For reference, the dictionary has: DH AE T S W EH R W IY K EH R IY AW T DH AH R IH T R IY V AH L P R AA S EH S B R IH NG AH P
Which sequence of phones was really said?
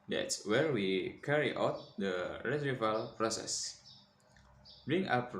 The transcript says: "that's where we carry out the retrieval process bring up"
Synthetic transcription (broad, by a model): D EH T S W EH R W IY K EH R IY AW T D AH R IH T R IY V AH L P R AA S EH S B R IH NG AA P